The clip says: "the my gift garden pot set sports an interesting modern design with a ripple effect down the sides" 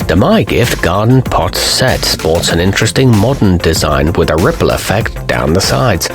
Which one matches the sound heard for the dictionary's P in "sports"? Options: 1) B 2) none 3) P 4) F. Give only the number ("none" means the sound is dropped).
3